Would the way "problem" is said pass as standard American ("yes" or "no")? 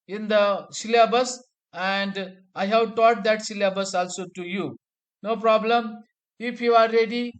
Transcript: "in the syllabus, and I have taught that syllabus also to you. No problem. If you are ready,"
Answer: yes